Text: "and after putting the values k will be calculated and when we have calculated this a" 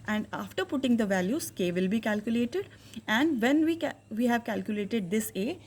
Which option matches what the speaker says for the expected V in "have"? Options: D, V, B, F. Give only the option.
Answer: V